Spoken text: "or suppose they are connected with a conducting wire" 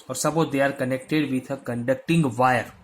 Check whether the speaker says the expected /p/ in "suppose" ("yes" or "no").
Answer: no